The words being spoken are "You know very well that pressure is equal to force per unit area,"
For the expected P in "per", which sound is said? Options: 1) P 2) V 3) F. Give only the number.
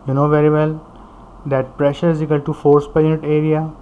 1